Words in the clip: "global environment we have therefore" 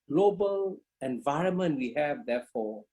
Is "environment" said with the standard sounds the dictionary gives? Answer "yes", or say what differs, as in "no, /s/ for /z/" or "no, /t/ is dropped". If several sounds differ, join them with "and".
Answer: yes